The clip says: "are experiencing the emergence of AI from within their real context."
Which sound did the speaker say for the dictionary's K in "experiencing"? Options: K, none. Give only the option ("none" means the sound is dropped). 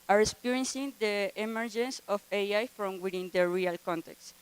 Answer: none